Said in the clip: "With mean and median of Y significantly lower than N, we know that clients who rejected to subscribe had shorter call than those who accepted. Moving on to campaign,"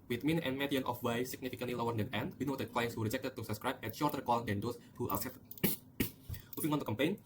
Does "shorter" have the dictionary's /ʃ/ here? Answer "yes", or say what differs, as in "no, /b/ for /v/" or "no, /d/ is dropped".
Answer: yes